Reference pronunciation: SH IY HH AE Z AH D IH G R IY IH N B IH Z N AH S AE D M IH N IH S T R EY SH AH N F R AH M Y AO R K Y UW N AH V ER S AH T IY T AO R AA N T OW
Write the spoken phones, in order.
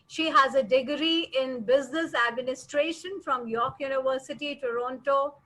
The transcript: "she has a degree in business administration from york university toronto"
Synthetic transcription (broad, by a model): SH IY HH AE Z AH D IH G R IY IH N B IH Z N AH S AE D M IH N IH S T R EY SH AH N F R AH M Y AO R K Y UW N AH V ER S AH T IY T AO R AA N T OW